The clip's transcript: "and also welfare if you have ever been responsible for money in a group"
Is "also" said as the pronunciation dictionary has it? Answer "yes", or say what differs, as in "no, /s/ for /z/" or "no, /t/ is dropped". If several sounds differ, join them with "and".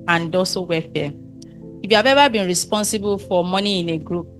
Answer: no, /l/ is dropped